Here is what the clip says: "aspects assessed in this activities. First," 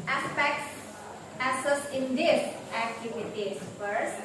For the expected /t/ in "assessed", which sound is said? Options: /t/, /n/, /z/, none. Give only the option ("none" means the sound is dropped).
none